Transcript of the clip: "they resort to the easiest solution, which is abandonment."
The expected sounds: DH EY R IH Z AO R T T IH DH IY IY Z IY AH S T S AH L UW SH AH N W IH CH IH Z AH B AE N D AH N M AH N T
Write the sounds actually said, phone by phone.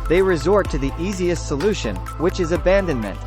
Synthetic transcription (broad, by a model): DH EY R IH Z AO R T T IH DH IY IY Z IY AH S T S AH L UW SH AH N W IH CH IH Z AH B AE N D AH N M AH N T